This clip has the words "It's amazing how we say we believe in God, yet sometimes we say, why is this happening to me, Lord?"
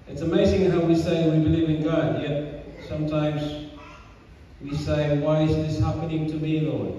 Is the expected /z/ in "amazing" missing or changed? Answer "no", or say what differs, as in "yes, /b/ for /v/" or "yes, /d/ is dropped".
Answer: no